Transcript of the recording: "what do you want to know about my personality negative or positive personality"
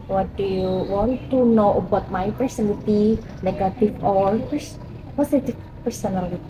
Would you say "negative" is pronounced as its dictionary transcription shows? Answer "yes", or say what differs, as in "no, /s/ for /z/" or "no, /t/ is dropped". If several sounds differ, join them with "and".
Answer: no, /f/ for /v/